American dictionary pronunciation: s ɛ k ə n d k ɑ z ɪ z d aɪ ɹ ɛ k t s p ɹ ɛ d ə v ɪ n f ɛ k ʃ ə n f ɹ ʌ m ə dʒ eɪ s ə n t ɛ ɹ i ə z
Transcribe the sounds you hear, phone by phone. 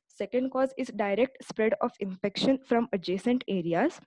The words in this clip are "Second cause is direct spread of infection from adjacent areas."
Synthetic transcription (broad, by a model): s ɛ k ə n d k ɑ z ɪ z d aɪ ɹ ɛ k t s p ɹ ɛ d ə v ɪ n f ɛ k ʃ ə n f ɹ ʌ m ə dʒ eɪ s ə n t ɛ ɹ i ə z